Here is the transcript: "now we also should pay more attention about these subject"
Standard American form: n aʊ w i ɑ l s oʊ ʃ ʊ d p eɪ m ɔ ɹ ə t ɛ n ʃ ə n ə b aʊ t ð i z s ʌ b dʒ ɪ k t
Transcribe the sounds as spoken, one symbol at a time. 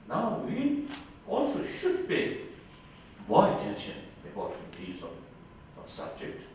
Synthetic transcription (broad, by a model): n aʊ w i ɑ l s oʊ ʃ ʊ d b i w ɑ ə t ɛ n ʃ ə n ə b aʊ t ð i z s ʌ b dʒ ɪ k t